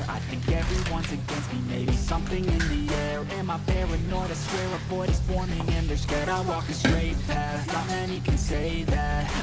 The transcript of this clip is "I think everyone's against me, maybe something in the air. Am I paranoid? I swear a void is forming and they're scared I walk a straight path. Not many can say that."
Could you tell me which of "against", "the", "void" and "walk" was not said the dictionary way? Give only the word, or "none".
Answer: void